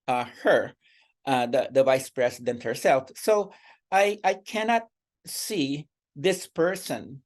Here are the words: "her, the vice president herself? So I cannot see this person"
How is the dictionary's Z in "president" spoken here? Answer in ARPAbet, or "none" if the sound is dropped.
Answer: S